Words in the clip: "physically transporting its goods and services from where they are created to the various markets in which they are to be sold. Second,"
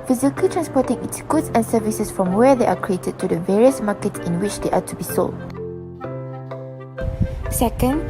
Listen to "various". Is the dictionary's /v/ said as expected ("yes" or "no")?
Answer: yes